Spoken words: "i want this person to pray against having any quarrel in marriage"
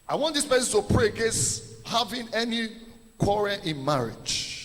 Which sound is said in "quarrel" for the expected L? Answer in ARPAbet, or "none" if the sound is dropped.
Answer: N